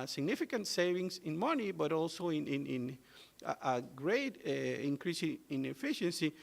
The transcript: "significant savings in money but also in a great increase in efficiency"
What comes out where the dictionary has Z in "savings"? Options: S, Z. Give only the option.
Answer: S